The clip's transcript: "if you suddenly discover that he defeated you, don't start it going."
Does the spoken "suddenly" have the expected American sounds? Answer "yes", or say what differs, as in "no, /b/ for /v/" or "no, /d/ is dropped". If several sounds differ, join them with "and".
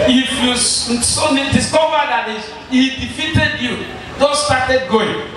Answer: no, /l/ is dropped